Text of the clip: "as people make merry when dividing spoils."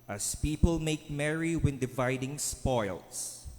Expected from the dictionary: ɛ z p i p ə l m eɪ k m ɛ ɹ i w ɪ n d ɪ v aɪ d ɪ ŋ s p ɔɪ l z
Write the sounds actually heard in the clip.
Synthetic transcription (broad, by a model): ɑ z p i p ə l m eɪ k m ɛ ɹ i w ɪ n d ɪ v aɪ d ɪ ŋ s p ɔɪ l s